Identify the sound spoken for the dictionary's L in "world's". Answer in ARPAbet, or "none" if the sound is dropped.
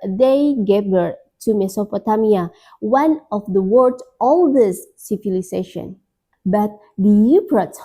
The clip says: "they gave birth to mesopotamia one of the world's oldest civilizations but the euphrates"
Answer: none